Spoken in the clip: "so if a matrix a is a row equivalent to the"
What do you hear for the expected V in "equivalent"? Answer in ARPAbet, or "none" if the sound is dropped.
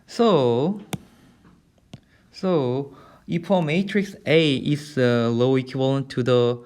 none